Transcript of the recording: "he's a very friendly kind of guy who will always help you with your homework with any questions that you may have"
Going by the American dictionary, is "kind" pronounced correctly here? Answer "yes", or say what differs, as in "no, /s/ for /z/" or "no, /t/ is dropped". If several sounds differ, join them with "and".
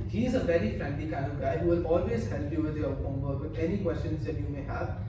no, /d/ is dropped